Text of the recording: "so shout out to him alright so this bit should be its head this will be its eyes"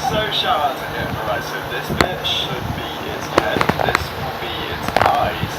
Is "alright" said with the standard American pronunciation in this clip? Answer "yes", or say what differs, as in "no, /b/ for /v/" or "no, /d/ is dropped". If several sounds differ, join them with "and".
no, /l/ is dropped